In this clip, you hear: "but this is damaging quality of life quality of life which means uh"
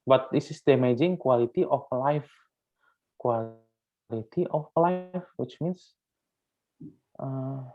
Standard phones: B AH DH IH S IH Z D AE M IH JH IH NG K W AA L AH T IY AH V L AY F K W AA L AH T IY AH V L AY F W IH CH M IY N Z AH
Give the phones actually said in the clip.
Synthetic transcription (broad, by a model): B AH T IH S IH S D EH M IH JH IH NG K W AA L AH T IY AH F L AY F K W AA L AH T IY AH F L AY F W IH CH M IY N S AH